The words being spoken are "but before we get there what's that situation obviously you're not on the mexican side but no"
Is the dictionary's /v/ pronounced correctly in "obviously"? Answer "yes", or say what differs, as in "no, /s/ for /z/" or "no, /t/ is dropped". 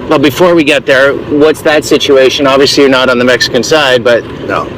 yes